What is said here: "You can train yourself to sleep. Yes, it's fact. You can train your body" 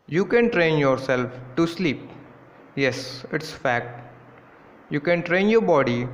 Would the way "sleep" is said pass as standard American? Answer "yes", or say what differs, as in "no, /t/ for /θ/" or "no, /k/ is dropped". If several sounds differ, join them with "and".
yes